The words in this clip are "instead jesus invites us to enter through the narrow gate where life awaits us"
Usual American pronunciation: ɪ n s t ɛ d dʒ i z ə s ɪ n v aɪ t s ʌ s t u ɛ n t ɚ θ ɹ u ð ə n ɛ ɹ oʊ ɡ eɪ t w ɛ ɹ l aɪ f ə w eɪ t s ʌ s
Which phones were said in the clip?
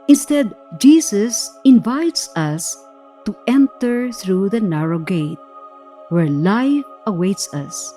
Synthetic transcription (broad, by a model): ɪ n s t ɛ d dʒ i s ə s ɪ n v aɪ t s ʌ s t u ɛ n t ɚ θ ɹ u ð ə n ɛ ɹ oʊ ɡ eɪ t w ɛ ɹ l aɪ f ə w eɪ t s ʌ s